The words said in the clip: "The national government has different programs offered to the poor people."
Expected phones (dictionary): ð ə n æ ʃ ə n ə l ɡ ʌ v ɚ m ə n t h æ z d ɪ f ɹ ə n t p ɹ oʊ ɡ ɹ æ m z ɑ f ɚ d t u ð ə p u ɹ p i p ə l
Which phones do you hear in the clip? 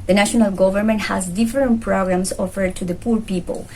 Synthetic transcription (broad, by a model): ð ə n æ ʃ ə n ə l ɡ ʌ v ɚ m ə n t h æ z d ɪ f ɹ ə n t p ɹ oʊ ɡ ɹ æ m s ɑ f ɚ d t u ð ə p u ɹ p i p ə l